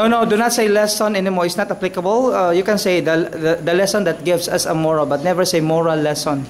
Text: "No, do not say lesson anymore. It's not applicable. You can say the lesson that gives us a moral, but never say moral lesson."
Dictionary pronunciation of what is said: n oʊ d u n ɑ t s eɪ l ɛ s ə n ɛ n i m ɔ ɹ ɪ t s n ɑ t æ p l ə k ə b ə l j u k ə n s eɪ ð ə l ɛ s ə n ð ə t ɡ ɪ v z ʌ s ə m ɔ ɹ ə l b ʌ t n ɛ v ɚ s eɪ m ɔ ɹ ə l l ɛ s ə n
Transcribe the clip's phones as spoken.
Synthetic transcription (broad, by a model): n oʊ d u n ɑ t s eɪ l ɛ s ə n ɛ n i m ɔ ɹ ɪ t s n ɑ t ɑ p l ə k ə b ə l j u k ə n s eɪ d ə l ɛ s ə n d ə t ɡ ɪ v s ʌ s ə m ɔ ɹ ə l b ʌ t n ɛ v ɚ s eɪ m ɔ ɹ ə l l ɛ s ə n